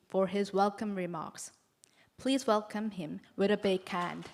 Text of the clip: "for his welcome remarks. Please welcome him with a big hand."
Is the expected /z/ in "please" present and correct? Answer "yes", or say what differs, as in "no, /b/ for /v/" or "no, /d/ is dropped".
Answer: yes